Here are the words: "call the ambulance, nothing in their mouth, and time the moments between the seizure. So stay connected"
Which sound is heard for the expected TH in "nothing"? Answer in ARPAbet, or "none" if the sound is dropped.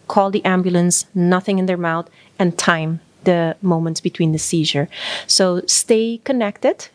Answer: TH